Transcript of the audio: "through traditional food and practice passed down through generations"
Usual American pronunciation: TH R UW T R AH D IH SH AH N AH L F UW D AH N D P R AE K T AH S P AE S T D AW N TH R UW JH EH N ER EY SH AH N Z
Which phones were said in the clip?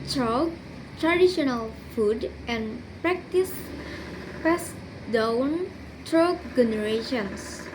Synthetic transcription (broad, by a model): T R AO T R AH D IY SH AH N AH L F UW D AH N P R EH K T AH S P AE S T D AW N T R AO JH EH N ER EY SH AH N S